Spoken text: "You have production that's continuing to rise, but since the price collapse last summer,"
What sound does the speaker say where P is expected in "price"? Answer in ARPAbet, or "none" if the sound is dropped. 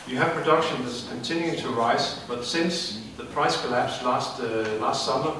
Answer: P